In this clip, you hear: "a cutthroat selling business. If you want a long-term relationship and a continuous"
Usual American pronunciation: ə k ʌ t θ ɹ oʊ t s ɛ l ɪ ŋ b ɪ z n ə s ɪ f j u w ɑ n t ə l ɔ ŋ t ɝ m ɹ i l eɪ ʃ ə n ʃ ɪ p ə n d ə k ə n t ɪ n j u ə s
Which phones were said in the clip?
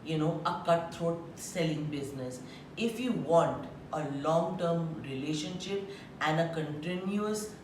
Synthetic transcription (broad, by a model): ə k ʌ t t ɹ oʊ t s ɛ l ɪ ŋ b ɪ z n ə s ɪ f j u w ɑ n t ə l ɔ ŋ t ɝ m ɹ i l eɪ ʃ ə n ʃ ɪ p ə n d ə k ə n t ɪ n j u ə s